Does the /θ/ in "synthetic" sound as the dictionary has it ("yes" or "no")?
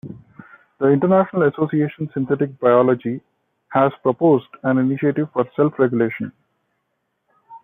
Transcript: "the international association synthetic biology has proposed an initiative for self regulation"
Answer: no